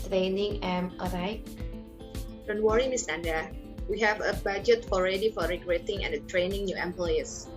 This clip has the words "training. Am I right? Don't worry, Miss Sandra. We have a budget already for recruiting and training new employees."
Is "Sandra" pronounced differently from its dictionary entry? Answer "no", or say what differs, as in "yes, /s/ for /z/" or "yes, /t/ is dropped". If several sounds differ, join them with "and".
yes, /ɹ/ is dropped